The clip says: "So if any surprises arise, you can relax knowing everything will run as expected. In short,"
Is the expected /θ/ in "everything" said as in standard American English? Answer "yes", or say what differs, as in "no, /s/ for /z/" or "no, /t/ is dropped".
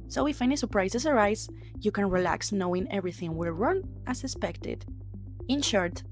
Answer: yes